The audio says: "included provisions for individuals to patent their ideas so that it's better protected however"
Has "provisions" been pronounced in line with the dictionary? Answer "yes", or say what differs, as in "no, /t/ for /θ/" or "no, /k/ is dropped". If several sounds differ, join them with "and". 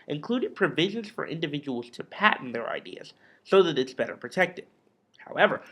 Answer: yes